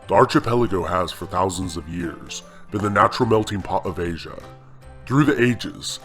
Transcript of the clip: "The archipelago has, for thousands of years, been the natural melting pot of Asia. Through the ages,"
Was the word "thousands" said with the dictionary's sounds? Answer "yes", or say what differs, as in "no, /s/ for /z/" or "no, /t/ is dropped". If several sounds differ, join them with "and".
yes